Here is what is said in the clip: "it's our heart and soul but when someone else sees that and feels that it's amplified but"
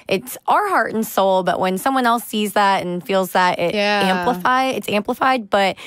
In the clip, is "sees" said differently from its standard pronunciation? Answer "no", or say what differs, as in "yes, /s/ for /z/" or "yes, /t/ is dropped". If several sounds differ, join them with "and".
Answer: no